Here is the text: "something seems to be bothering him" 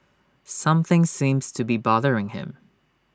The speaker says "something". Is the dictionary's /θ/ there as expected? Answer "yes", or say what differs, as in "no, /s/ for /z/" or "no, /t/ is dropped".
yes